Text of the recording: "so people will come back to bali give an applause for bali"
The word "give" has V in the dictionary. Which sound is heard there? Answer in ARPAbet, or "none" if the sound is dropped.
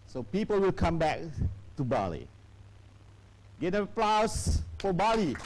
none